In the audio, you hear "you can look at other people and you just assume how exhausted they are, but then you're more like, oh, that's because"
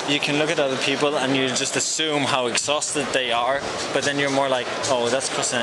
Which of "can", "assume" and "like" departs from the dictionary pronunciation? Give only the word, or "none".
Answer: none